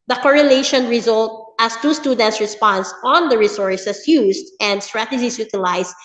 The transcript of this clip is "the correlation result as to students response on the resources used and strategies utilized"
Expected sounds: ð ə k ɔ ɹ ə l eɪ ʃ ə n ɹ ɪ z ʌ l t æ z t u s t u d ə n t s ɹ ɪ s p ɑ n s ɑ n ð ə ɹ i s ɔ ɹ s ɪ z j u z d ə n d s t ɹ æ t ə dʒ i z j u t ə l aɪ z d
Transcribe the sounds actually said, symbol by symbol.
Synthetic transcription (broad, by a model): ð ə k ɔ ɹ ə l eɪ ʃ ə n ɹ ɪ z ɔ l t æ s t u s t u d ə n t s ɹ ɪ s p ɑ n s ɑ n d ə ɹ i s ɔ ɹ s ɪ s j u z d ə n d s t ɹ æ t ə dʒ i s j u t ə l aɪ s